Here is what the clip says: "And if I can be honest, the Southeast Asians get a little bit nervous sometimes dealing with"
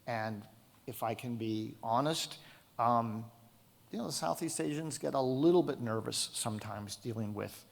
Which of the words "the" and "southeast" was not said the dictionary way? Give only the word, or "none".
none